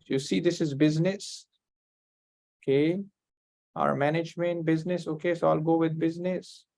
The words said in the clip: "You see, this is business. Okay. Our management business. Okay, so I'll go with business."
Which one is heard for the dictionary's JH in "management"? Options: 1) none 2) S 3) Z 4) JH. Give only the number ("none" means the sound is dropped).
4